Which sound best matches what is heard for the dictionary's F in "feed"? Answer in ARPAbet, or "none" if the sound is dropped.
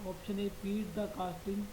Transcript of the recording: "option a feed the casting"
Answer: P